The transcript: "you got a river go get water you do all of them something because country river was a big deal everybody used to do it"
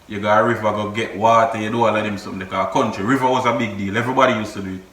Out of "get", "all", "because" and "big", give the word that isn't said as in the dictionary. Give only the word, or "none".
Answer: because